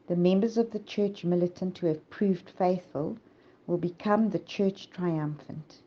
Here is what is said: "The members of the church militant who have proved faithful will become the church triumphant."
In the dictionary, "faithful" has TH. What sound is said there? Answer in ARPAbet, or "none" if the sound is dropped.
TH